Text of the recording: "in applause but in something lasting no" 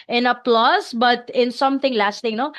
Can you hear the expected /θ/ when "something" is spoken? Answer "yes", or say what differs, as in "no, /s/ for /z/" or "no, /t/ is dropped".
no, /t/ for /θ/